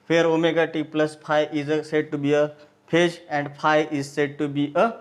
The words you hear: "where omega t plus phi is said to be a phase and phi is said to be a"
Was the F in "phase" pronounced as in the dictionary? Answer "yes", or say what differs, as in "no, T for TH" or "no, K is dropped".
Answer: no, P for F